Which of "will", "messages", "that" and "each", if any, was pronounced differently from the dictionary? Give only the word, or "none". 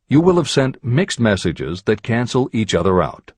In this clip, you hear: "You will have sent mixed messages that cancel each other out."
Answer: none